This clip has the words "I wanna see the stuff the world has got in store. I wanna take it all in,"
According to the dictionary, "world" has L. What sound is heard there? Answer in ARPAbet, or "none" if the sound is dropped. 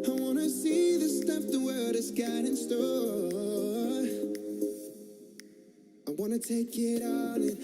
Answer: none